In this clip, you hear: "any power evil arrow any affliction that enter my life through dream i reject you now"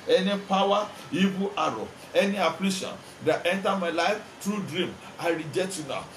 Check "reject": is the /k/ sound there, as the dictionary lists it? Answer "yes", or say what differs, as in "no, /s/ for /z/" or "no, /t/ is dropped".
no, /k/ is dropped